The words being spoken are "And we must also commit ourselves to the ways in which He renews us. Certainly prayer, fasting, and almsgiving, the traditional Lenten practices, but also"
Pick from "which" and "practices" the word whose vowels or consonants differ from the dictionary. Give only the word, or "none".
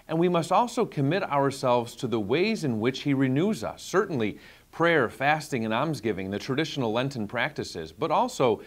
none